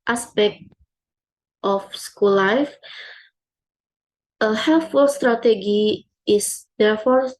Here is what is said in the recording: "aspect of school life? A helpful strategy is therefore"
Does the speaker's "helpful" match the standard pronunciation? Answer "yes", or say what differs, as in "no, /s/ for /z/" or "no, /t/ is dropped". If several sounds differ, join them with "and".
no, /p/ is dropped